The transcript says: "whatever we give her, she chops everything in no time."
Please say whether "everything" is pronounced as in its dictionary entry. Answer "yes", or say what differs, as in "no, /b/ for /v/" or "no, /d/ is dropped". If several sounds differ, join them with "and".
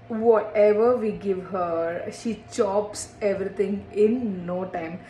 no, /t/ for /θ/